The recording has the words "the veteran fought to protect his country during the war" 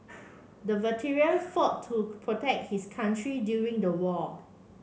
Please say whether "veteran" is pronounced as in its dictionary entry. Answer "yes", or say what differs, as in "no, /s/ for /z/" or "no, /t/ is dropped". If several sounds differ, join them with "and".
no, /l/ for /n/